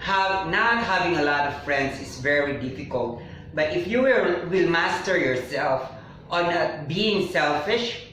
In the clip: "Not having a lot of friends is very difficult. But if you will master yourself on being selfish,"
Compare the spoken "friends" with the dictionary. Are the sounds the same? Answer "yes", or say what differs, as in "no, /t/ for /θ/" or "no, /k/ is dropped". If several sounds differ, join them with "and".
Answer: no, /s/ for /z/